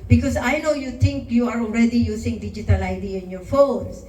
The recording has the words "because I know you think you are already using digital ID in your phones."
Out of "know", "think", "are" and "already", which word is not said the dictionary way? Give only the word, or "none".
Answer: think